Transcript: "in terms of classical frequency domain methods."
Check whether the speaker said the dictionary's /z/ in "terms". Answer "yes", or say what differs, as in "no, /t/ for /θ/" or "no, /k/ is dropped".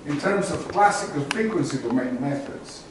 yes